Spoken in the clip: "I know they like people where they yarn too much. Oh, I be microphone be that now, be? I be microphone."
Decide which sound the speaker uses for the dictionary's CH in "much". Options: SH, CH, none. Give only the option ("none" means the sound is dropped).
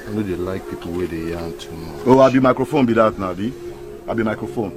none